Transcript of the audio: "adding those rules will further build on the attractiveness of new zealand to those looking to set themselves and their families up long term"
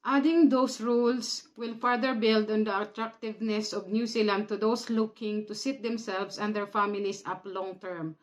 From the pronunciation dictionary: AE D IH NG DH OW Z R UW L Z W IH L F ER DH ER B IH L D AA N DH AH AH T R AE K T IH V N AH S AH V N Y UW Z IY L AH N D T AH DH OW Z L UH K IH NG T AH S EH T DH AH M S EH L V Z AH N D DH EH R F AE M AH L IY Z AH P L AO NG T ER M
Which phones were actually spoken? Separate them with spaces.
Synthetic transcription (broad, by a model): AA D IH NG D OW S R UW L S W IH L F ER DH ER B IH L D AA N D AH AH T R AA K T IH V N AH S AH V N Y UW S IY L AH N D T AH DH OW S L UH K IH NG T AH S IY T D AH M S EH L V S AH N D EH R F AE M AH L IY S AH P L AO NG T ER M